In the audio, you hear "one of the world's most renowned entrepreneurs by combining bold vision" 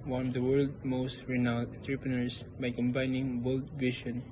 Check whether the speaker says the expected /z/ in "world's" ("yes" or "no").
no